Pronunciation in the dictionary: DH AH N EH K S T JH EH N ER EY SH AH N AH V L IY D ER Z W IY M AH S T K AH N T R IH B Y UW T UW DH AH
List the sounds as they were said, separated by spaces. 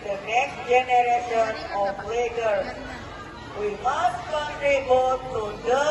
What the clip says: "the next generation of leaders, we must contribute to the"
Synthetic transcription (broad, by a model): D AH N EH K S T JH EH N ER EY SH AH N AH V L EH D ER W IY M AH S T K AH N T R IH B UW T UW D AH